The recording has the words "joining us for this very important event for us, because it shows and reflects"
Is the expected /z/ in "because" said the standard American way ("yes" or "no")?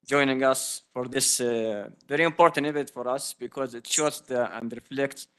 yes